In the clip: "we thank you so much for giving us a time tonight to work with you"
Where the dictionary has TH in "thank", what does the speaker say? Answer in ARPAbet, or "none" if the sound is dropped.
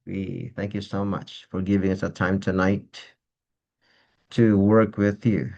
TH